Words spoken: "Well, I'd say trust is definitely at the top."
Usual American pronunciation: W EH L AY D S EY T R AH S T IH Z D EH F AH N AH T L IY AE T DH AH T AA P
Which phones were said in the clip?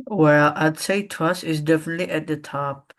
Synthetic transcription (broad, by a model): W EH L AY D S EY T AH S IH Z D EH F AH N AH T L IY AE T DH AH T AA P